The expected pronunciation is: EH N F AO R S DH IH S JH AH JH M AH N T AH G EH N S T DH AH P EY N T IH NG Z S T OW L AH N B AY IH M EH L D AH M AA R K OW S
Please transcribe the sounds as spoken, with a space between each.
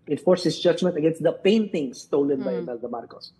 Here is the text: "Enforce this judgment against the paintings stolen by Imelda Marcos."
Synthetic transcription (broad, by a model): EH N F AO R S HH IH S JH AH JH M AH N T AH G EH N S T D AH P EY N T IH NG S T OW L AH N B AY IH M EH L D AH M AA R K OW S